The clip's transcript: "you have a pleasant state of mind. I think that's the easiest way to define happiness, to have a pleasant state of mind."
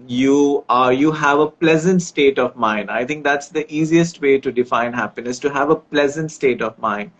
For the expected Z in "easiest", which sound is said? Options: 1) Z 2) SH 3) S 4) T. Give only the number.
1